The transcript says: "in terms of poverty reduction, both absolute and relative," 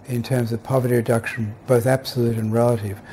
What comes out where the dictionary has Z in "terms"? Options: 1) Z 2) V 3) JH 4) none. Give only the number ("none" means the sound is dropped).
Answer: 1